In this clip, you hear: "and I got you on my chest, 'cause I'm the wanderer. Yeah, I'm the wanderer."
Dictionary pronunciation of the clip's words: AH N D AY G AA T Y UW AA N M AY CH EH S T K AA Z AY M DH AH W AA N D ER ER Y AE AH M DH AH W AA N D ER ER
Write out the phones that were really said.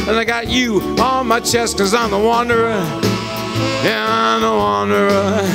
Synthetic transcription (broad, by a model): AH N AY G AA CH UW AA L M AY CH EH S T K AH Z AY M DH AH W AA N D ER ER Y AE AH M DH AH W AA N D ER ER